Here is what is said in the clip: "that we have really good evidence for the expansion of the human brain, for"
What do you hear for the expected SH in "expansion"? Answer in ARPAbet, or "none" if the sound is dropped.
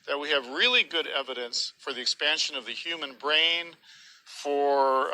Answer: SH